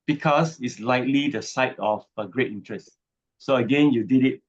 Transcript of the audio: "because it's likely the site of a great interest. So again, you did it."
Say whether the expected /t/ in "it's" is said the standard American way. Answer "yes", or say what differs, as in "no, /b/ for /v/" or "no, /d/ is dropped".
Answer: yes